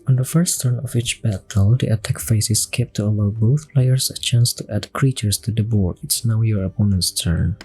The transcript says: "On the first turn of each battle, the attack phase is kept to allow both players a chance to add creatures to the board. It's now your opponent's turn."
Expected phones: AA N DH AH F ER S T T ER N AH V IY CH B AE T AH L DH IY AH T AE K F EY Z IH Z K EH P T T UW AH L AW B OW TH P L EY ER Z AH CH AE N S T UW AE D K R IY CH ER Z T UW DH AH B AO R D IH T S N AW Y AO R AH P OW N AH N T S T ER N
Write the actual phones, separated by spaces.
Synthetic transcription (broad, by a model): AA N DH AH F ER S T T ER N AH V IY CH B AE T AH L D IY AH T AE K F EY S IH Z K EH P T T UW AH L AW B OW TH P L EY ER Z AH CH AE N S T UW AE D K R IY CH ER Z T UW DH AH B AO R D IH T S N AW Y AO R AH P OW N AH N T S T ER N